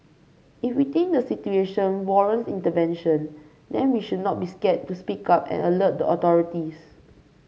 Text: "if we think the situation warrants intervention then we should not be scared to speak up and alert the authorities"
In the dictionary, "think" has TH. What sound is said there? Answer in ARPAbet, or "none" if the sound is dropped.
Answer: T